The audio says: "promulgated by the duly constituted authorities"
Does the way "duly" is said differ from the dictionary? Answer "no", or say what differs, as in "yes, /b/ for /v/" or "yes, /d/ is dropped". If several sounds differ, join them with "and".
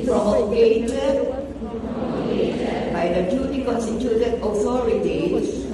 yes, /n/ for /l/